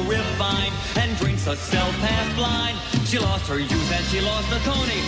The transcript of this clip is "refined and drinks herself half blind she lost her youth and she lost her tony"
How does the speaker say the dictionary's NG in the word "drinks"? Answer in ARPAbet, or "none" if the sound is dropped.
NG